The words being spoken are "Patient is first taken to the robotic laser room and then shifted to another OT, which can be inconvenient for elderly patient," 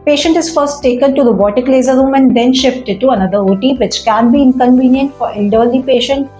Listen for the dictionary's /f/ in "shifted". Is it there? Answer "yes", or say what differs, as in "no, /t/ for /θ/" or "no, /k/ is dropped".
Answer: yes